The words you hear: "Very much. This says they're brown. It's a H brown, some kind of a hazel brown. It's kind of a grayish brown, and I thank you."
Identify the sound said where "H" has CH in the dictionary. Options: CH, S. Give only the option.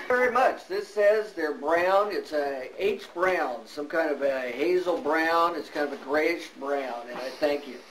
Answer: S